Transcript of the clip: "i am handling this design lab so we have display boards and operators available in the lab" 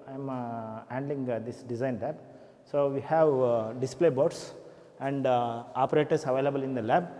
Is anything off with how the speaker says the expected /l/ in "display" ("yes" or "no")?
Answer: no